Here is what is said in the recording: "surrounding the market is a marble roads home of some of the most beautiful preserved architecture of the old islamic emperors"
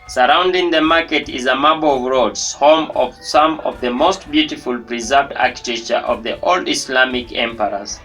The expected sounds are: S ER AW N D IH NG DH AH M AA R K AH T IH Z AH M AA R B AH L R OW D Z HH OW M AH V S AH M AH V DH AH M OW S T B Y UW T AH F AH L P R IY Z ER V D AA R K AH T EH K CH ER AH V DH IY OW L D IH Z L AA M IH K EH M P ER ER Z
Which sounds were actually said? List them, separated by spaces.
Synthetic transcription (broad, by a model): S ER AW N D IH NG DH AH M AA R K AH T IH Z AH M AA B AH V R OW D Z HH OW M AH V S AH M AH V DH AH M OW S T B Y UW T AH F AH L P R IY Z ER V D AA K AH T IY CH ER AH V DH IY OW L D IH S L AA M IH K EH M P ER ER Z